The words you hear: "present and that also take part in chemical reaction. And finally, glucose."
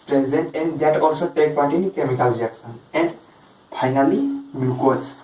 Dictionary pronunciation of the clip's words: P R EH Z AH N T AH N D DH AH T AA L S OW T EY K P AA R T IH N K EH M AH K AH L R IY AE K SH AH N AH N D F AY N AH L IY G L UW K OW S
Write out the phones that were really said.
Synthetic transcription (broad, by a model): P R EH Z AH N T AH N D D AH T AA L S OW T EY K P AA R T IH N K EH M AH K AH L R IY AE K S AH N AH N D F AY N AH L IY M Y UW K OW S